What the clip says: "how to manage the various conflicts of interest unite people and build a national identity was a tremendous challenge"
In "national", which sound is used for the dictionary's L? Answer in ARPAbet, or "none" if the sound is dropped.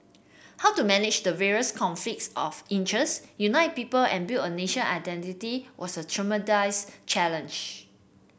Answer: N